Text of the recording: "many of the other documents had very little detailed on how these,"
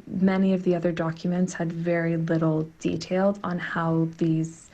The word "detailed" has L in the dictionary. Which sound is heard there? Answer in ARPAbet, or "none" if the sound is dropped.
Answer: L